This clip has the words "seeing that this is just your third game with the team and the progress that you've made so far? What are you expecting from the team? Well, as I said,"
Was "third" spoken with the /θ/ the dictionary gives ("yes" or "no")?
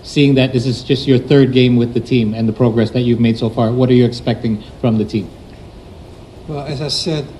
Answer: yes